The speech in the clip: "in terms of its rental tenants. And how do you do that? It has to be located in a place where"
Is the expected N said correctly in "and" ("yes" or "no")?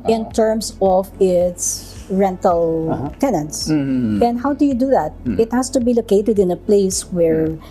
yes